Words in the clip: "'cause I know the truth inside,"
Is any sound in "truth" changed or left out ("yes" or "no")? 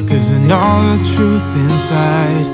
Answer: no